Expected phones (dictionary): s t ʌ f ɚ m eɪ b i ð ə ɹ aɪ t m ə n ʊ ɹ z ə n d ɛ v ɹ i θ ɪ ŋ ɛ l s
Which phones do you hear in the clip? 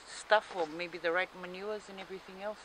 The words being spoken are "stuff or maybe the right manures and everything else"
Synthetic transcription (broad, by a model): s t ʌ f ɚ m eɪ b i ð ə ɹ aɪ t m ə n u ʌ z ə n ɛ v ɹ i θ ɪ ŋ ɛ l s